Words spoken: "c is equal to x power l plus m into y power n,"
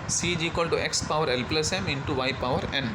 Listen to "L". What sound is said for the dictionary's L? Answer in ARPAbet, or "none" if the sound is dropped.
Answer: L